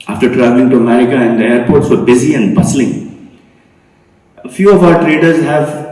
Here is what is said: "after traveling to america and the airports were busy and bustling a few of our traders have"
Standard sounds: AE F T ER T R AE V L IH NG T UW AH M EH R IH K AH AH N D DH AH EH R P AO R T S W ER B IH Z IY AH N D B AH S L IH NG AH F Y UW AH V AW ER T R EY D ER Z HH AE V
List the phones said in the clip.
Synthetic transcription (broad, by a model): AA F T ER T R AE V L IH NG T UW AH M EH R IH K AH AH N D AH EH R P AO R T S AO B IH Z IY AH N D B AH S L IH NG F Y UW AH V AW ER T R EY D ER Z HH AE V